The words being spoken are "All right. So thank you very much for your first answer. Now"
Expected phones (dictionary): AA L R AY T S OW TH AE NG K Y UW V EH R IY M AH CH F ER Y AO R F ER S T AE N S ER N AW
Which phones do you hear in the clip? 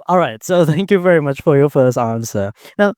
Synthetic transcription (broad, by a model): AA L R AY T S OW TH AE NG K Y UW V EH R IY M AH CH F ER Y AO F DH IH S AE N S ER N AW